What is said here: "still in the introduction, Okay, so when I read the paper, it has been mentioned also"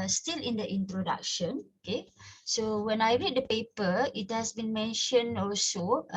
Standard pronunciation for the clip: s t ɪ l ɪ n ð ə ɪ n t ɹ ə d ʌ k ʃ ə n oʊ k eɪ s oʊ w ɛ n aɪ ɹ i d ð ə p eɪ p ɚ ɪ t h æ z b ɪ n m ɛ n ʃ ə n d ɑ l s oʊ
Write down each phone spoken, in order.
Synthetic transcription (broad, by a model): s t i l ɪ n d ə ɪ n t ɹ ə d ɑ k ʃ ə n oʊ k eɪ s oʊ w ɛ n aɪ ɹ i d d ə p eɪ p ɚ ɪ t h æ s b ɪ n m ɛ n ʃ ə n ɑ l s oʊ